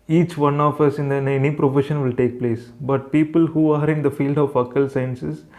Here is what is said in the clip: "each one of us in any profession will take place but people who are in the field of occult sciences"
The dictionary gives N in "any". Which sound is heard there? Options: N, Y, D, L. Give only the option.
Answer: N